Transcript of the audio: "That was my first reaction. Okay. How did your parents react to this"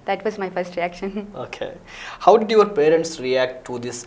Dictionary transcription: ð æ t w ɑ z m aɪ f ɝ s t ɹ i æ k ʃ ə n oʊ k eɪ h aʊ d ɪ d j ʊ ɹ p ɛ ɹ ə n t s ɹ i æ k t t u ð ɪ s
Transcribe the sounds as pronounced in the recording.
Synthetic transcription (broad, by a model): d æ t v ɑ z m aɪ f ɝ s t ɹ i æ k ʃ ə n oʊ k eɪ h aʊ d ɪ d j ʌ ɹ p ɛ ɹ ə n t s ɹ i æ k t t u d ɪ s